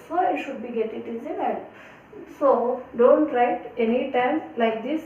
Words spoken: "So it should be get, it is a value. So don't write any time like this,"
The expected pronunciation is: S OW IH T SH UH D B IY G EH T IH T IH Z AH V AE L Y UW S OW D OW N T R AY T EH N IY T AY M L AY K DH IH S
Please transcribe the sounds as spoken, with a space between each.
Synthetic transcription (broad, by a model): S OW IH T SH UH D B IY G EH T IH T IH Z AH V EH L S OW D OW N T R AY T EH N IY T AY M L AY K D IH S